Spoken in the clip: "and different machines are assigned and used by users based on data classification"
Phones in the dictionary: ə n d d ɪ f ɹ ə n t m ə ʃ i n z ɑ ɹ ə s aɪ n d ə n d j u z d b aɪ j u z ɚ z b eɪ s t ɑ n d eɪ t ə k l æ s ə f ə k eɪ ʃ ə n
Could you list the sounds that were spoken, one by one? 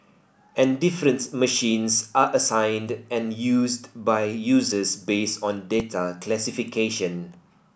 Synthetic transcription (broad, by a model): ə n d d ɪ f ɹ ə n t m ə ʃ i n s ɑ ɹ ə s aɪ n d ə n j u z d b aɪ j u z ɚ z b eɪ s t ɑ n d eɪ t ə k l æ s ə f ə k eɪ ʃ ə n